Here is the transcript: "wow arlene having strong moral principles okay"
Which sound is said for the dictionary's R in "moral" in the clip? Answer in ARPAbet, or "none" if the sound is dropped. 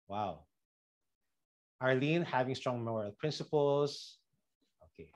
none